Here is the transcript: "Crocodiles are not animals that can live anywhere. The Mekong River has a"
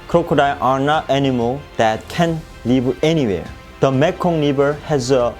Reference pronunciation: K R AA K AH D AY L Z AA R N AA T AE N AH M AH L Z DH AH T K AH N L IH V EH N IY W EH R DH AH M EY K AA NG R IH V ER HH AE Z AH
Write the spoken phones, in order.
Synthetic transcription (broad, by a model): K R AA K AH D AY AA R N AA T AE N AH M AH L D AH T K AH N L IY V EH N IY W EH R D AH M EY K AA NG L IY B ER HH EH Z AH